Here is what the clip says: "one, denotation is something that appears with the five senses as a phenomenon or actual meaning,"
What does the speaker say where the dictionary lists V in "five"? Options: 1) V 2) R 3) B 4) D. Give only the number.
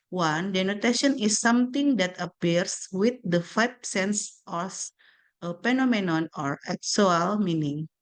3